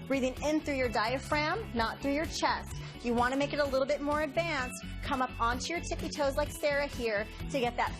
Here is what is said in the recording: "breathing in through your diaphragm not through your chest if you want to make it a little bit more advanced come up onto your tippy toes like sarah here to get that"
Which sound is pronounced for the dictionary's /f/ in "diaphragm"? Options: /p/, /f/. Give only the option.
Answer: /f/